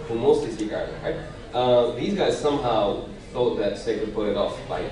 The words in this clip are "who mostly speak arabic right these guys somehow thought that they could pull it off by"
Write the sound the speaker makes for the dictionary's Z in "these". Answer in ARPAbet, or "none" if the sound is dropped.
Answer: Z